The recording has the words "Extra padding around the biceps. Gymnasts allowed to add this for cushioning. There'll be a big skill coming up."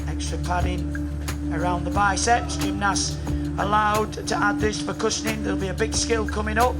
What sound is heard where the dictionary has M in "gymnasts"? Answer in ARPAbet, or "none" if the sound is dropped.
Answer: none